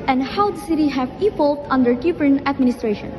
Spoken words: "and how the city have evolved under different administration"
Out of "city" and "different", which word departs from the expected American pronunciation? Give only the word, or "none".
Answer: different